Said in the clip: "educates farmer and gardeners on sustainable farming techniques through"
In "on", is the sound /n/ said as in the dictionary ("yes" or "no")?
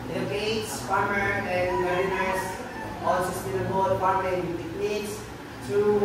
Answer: no